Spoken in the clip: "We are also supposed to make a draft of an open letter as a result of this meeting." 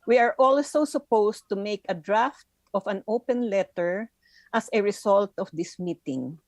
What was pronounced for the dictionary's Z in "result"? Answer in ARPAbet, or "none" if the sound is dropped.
S